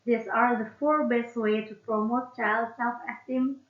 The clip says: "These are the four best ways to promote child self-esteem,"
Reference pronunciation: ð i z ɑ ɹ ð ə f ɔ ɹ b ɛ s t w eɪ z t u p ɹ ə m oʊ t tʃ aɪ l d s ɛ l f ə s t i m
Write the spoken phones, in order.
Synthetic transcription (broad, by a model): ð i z ɑ ɹ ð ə f ɔ ɹ b ɛ s t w eɪ t u p ɹ ə m oʊ t tʃ aɪ l d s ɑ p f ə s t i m